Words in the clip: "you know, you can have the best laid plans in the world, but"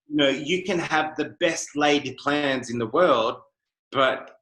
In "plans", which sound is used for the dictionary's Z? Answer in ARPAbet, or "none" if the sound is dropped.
Z